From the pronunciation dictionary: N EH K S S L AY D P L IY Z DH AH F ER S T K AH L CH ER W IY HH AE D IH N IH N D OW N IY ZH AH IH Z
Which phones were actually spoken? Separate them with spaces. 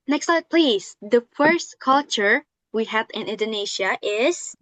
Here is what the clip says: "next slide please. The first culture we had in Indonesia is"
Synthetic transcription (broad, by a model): N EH K S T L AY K P L IY Z DH AH F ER S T K AH L CH ER W IY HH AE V IH N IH N D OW N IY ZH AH IH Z